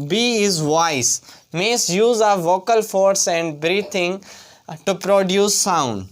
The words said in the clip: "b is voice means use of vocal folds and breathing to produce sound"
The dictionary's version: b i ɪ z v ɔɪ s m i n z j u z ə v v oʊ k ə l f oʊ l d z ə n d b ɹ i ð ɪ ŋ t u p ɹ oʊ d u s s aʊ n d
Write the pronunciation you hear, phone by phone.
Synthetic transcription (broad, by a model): b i ɪ z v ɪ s m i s j u z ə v v oʊ k ə l f oʊ d s ə n d b ɹ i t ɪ ŋ t u p ɹ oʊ d u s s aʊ n d